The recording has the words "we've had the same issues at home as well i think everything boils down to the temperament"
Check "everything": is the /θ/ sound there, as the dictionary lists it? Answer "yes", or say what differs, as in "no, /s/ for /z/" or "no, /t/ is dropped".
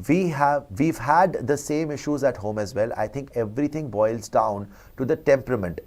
no, /t/ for /θ/